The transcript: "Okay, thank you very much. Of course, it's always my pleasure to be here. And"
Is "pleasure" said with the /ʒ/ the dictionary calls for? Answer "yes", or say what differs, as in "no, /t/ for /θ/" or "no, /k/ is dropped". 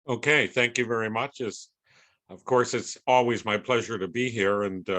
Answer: yes